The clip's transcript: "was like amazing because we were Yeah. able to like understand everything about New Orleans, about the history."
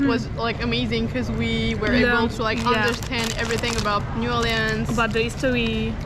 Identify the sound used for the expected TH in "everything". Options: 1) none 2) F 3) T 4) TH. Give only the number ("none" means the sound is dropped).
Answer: 4